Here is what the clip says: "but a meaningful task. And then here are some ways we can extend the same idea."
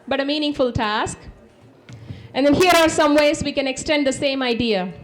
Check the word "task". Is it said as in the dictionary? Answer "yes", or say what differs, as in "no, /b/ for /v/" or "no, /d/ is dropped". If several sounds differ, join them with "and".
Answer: yes